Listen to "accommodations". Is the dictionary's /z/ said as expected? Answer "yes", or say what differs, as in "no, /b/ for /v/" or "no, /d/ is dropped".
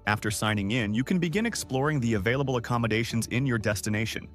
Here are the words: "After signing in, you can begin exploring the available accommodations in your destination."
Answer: yes